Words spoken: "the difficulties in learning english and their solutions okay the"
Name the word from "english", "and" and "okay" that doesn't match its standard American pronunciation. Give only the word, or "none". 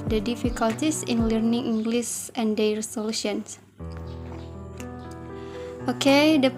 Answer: english